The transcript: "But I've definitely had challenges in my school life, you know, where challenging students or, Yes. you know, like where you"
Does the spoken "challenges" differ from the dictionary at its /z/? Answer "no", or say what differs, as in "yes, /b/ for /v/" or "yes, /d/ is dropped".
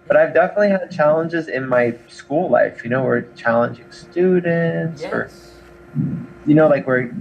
no